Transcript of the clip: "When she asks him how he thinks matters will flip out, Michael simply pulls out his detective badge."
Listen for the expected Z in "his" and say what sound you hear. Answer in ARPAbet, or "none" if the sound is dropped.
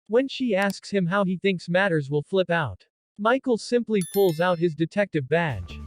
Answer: Z